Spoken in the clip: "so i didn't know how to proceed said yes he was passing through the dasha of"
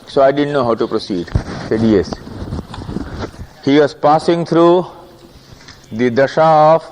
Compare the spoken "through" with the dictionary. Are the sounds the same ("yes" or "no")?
no